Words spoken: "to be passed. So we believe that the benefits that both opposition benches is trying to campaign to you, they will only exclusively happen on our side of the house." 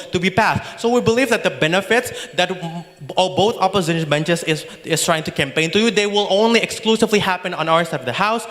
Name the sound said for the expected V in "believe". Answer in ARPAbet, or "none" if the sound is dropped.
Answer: V